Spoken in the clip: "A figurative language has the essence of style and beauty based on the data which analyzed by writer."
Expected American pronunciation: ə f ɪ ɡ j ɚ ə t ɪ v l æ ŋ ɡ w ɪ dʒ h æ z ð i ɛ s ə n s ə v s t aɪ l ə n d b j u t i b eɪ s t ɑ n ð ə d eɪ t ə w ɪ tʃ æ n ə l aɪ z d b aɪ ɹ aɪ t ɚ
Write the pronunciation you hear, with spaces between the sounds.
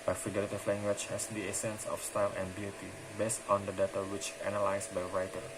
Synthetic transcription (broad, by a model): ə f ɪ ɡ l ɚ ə t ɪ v l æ ŋ ɡ w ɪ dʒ h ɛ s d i ɛ s ə n s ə f s t aɪ l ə n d b j u t i b eɪ s t ɑ n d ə d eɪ t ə w ɪ tʃ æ n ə l aɪ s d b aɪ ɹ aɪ t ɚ